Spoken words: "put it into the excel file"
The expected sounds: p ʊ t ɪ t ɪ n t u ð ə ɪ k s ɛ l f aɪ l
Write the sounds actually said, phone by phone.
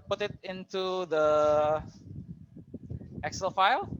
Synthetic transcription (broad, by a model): p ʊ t ɪ t ɪ n t u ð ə ɪ k s ɛ l f aɪ l